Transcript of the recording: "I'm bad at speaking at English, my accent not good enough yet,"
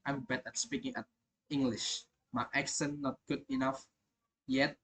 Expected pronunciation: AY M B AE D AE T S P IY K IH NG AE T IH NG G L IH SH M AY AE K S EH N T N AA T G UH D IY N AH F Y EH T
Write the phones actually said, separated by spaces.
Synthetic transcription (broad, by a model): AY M B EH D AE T S P IY K IH NG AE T IH NG G L IH SH M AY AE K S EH N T N AA T G UH D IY N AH F Y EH T